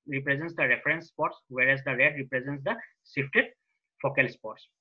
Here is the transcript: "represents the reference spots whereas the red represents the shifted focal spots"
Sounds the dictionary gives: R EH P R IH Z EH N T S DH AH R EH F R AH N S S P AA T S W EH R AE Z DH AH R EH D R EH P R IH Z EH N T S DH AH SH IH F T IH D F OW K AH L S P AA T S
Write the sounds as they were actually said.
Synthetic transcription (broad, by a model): R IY P R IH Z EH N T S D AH R EH F R AH N S S P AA T S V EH R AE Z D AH R EH D R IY P R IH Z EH N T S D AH S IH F T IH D F OW K AH L S P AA T S